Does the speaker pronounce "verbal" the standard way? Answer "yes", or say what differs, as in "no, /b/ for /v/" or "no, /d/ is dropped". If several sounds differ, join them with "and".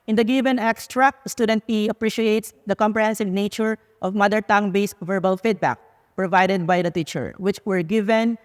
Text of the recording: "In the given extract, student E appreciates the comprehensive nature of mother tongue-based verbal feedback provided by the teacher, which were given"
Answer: yes